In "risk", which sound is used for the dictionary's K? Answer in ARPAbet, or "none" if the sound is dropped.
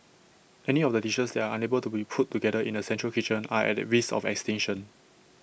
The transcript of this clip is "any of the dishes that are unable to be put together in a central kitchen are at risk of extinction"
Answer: none